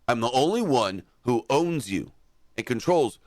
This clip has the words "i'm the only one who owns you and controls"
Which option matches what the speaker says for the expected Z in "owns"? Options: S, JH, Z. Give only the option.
Z